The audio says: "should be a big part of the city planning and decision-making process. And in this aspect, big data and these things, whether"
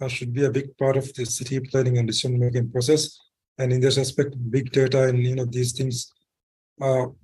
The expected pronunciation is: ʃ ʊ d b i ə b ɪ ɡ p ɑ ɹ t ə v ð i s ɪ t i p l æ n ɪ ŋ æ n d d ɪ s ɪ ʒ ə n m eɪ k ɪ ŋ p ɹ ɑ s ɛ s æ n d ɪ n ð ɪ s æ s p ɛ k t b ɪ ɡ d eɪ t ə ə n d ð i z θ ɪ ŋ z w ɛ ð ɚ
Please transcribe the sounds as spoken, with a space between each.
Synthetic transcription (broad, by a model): ʃ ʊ d b i ə b ɪ ɡ p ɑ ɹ t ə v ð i s ɪ t i p l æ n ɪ ŋ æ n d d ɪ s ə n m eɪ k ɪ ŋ p ɹ ɑ s ɛ s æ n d ɪ n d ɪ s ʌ s p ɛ k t b ɪ ɡ d eɪ t ə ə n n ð i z t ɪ ŋ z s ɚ